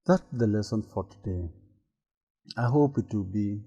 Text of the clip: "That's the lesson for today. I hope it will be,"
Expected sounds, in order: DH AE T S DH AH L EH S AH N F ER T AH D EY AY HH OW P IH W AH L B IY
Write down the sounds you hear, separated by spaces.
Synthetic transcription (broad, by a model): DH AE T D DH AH L EH S AH N F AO T AH D EY AY HH OW P IH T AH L B IY